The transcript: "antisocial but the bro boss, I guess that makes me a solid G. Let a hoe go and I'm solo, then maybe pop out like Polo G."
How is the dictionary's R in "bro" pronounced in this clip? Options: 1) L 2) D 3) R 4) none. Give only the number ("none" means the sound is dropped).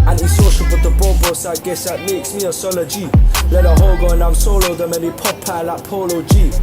4